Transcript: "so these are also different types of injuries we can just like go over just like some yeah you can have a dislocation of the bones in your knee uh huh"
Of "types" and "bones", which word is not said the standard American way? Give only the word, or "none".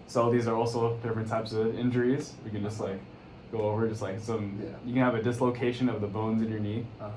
none